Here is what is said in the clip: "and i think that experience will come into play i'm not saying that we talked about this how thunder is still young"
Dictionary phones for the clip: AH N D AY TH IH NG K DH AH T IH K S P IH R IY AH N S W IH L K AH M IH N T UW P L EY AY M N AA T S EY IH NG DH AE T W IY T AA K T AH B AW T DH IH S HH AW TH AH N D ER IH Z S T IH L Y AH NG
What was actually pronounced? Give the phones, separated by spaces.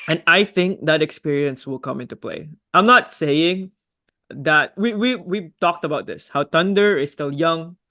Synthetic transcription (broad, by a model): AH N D AY TH IH NG K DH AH T IH K S P IH R IY AH N S W IH L K AH M IH N T UW P L EY AY M N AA T S EY IH NG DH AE T W IY T AA K T AH B AW T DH IH S HH AW T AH N D ER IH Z S T IH L Y AH NG